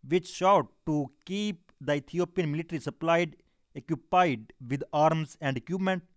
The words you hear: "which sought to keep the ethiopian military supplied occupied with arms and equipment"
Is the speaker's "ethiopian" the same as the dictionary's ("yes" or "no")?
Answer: no